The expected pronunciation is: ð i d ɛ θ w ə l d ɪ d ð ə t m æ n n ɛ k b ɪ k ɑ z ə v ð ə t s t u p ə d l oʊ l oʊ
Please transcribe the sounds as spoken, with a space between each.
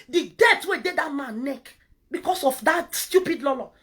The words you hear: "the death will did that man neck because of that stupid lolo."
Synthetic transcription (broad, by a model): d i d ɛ t w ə d ɪ d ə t m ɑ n n ɛ k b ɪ k ɑ s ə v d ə t s t u p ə d l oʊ l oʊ